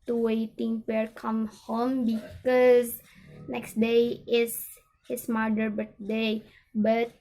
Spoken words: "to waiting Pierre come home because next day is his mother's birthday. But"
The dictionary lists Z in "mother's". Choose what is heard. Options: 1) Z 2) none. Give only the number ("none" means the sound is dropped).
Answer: 2